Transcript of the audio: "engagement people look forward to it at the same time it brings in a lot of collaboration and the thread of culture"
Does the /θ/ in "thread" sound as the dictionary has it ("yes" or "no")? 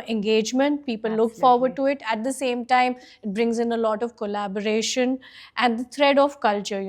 no